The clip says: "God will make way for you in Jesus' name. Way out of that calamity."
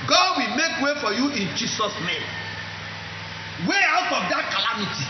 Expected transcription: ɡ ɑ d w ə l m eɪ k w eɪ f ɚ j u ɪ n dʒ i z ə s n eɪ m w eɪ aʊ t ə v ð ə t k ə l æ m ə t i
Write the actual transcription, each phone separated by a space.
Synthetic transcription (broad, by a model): ɡ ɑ d w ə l m eɪ k w eɪ f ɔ j u ɪ n dʒ i s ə s n eɪ m w eɪ aʊ t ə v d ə t k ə l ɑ m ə t i